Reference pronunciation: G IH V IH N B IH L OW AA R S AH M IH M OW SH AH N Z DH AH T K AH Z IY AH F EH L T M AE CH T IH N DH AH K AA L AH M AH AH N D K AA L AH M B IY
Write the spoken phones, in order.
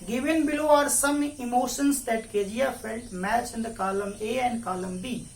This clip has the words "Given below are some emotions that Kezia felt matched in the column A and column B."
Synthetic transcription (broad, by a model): G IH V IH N B IH L OW AA R S AH M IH M OW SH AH N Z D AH T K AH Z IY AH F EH L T M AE CH IH N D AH K AA L AH M AH AH N D K AA L AH M B IY